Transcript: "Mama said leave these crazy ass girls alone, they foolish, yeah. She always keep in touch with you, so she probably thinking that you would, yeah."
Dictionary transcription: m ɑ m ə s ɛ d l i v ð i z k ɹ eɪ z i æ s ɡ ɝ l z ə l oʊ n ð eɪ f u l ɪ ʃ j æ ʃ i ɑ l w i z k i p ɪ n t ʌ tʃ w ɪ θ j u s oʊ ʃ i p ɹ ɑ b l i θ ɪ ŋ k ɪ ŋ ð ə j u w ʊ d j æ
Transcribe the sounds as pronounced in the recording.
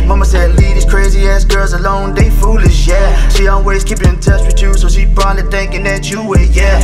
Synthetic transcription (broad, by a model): m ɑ m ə s ɛ d l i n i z k ɹ eɪ z i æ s ɡ ɝ l z ə l oʊ n ð eɪ f u l ɪ ʃ j æ ʃ i ɑ l w i z k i p ɪ n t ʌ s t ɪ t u s oʊ ʃ i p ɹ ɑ l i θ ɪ ŋ k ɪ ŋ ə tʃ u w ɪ j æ